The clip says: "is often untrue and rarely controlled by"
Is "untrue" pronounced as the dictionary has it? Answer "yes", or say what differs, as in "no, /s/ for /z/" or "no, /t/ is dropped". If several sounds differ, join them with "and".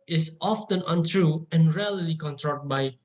yes